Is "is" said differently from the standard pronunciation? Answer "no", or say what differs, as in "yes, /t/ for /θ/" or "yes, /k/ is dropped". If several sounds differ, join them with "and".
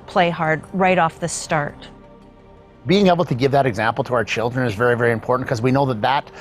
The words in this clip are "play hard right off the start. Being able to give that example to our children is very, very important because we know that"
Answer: no